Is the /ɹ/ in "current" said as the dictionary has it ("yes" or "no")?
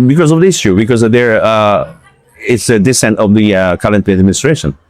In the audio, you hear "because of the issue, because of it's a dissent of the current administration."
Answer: no